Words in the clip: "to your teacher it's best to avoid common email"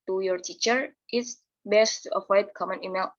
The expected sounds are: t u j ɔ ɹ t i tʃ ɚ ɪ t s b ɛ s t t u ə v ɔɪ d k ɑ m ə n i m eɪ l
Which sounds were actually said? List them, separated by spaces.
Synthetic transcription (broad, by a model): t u j ɔ ɹ t i tʃ ɚ ɪ t s b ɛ s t t u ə f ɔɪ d k ɑ m ə n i m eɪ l